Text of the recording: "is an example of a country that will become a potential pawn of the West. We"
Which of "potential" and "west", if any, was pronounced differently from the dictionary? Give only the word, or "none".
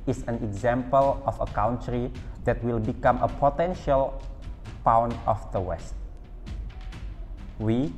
none